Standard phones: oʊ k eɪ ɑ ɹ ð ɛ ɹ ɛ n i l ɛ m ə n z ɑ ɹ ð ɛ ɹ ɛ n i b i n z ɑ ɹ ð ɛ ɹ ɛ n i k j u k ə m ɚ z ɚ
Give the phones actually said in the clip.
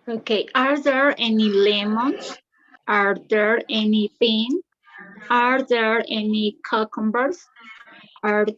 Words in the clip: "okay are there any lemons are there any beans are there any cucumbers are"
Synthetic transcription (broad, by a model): oʊ k eɪ ɑ ɹ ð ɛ ɹ ɛ n i l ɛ m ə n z ɑ ɹ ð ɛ ɹ ɛ n i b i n ɑ ɹ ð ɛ ɹ ɛ n i k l k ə m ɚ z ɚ